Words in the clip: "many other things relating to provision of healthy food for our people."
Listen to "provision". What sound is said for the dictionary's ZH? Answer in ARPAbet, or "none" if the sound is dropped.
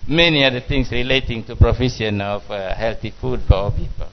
SH